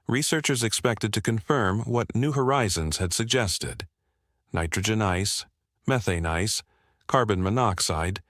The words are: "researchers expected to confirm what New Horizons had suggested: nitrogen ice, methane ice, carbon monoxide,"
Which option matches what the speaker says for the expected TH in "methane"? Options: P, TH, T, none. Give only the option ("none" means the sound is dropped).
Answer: TH